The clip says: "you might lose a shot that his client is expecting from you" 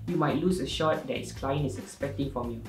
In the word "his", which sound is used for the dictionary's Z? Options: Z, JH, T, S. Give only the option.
S